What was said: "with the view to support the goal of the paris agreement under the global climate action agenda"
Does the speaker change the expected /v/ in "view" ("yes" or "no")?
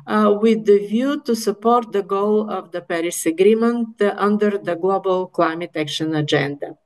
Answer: no